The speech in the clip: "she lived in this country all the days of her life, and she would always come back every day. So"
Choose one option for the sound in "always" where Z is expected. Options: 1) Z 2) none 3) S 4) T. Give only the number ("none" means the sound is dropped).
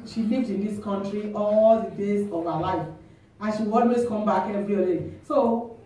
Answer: 3